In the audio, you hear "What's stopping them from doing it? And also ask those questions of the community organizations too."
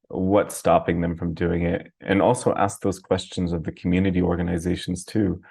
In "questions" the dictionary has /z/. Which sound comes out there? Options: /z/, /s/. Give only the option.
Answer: /z/